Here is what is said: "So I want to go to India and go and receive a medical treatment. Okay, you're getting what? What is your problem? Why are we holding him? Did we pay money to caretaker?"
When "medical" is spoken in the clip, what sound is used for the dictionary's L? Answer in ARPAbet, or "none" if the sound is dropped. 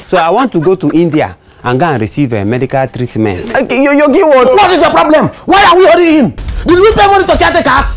L